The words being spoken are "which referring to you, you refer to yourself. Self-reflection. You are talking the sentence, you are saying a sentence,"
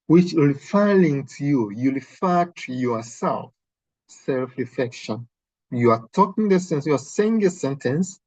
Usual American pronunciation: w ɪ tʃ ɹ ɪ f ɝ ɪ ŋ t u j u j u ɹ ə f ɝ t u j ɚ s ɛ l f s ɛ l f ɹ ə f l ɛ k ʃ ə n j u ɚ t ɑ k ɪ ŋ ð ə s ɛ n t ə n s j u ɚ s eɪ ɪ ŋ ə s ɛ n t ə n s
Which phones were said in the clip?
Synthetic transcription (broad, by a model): w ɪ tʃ l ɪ f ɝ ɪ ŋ t u j u j u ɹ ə f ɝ t u j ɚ s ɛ l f s ɛ l f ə f ɛ k ʃ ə n j u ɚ t ɑ k ɪ ŋ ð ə s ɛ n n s j u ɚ s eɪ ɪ ŋ ə s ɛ n t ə n s